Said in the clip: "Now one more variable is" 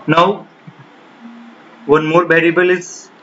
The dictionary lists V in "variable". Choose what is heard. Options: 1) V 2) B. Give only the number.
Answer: 2